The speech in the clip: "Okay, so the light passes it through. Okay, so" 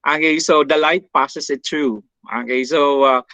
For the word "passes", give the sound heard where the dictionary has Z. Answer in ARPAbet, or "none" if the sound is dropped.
S